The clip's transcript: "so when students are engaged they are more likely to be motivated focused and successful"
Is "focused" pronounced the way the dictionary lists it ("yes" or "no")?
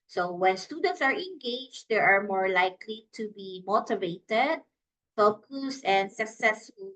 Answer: no